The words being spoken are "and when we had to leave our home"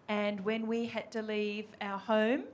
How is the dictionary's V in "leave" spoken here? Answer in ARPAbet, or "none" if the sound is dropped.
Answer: V